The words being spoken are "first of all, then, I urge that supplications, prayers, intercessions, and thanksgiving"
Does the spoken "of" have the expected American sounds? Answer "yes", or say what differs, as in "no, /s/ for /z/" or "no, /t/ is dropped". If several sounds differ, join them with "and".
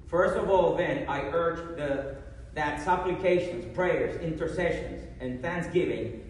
yes